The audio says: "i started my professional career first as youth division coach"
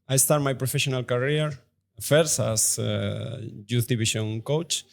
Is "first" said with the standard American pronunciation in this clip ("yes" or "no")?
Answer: no